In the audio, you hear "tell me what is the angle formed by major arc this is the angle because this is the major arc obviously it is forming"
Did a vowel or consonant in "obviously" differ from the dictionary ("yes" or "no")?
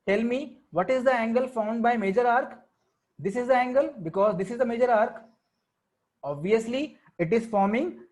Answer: no